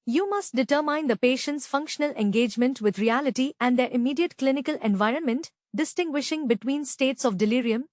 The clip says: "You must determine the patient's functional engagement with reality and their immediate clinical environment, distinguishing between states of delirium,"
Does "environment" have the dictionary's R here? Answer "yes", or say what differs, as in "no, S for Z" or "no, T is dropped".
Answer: yes